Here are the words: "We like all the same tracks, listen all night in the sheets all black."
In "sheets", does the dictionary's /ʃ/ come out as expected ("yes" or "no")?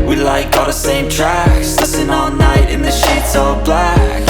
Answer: yes